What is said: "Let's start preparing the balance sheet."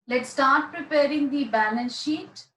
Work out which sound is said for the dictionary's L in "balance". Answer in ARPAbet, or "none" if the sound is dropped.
N